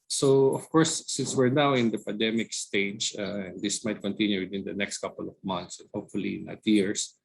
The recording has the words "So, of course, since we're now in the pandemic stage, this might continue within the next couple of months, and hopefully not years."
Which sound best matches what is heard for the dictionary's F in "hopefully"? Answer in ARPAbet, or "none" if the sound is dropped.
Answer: F